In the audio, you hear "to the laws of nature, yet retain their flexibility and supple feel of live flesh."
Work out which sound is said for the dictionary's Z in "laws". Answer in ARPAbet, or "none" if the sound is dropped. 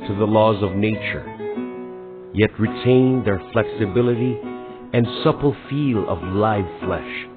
Z